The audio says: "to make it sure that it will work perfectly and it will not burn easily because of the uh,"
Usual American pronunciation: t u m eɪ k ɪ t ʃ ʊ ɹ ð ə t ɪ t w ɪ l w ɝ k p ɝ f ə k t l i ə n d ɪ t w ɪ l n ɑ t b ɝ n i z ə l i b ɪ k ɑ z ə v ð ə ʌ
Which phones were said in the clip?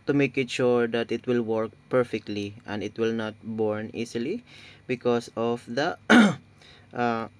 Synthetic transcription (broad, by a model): t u m eɪ k ɪ t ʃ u ɹ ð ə t ɪ t w ɪ l w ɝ k p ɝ f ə k t l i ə n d ɪ t w ɪ l n ɑ t b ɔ n i s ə l i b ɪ k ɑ s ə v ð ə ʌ